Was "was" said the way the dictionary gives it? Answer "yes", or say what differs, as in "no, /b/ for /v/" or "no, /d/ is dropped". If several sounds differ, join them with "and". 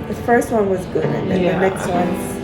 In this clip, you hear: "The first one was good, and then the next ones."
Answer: yes